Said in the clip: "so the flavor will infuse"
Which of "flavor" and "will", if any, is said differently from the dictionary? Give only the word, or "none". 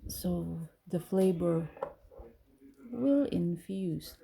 flavor